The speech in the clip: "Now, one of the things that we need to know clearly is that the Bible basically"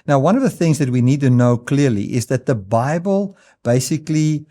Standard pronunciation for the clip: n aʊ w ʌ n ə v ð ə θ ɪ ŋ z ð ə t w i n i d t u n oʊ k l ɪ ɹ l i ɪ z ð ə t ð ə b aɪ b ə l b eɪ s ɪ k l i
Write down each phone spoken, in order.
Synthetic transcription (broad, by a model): n aʊ w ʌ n ə v ð ə θ ɪ ŋ z ð ə t w i n i d t u n oʊ k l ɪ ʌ l i ɪ z ð ə t ð ə b aɪ b ə l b eɪ s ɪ k l i